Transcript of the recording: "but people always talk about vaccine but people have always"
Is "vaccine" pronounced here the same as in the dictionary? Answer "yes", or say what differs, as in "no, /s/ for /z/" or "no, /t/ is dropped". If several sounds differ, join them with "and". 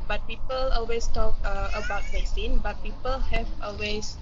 no, /p/ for /v/